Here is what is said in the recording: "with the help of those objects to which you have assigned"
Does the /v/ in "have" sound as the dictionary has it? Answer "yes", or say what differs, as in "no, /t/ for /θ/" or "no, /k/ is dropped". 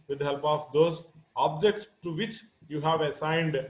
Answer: yes